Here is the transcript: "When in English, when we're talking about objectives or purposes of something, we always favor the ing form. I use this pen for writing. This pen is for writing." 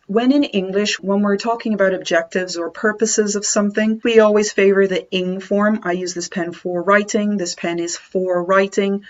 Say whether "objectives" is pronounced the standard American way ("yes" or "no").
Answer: yes